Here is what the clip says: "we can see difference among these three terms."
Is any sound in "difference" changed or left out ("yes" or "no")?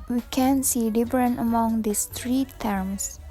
yes